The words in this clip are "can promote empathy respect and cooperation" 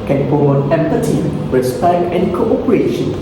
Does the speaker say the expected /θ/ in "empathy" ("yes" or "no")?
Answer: no